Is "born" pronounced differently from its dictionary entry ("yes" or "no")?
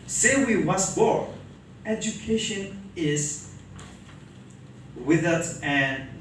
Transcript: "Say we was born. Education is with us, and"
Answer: yes